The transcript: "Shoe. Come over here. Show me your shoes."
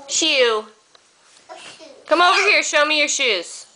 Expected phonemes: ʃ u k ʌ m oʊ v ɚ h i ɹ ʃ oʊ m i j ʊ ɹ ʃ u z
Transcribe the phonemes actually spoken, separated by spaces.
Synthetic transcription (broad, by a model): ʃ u k ʌ m oʊ v ɚ h i ɹ ʃ oʊ m i j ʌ ɹ ʃ u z